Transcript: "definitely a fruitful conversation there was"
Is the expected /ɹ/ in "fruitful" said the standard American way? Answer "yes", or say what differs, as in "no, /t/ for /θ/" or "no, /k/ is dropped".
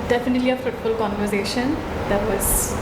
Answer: no, /ɹ/ is dropped